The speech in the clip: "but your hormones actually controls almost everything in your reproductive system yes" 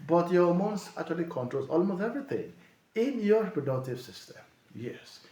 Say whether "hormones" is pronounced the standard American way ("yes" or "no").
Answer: no